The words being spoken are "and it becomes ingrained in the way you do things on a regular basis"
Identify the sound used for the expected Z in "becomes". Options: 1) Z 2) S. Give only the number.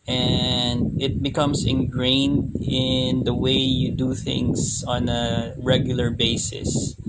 2